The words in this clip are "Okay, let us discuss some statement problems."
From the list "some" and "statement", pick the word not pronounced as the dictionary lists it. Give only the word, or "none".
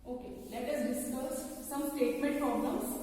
none